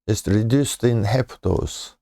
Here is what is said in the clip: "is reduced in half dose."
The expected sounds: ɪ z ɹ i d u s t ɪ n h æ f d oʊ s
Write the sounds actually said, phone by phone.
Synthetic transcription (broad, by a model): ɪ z ɹ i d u s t ɪ n h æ p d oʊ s